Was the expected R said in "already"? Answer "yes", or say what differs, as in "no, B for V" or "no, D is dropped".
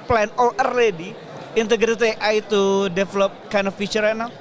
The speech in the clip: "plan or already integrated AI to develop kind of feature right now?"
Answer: yes